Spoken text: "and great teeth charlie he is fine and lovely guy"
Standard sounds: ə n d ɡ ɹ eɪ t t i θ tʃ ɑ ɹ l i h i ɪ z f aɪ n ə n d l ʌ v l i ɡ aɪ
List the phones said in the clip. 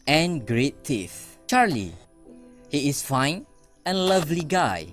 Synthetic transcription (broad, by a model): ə n ɡ ɹ eɪ t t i f tʃ ɑ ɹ l i h i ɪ s f aɪ n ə n l ʌ v l i ɡ aɪ